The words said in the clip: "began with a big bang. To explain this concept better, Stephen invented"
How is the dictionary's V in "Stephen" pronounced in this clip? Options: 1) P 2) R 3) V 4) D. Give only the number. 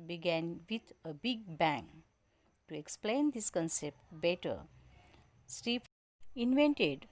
1